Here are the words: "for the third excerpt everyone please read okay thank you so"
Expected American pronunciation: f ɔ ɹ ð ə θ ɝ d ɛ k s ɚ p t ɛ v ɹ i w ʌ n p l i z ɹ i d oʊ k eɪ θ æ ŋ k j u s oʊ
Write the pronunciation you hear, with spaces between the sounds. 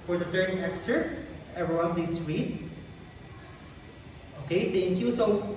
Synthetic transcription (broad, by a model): f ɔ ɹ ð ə t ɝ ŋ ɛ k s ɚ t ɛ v ɹ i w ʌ n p l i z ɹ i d oʊ k eɪ t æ ŋ k j u s oʊ